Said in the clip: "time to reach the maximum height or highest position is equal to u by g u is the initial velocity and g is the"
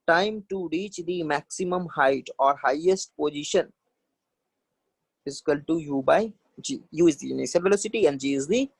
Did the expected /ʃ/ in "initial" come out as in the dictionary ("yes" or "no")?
no